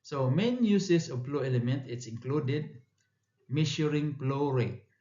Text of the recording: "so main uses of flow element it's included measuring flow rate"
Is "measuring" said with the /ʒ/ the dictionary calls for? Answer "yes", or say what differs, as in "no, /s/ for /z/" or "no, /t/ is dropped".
no, /ʃ/ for /ʒ/